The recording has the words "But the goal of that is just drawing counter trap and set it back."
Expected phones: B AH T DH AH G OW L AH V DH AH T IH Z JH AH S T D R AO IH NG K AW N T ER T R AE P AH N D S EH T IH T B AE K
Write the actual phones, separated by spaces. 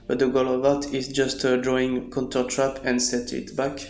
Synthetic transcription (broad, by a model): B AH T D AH G OW L AH V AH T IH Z JH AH S T D R AO IH NG K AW N T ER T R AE P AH N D S EH T IH T B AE K